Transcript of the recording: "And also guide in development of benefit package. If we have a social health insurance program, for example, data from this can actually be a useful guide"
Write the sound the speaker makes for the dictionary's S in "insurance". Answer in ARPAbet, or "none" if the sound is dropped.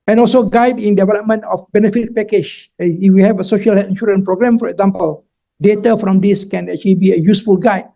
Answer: none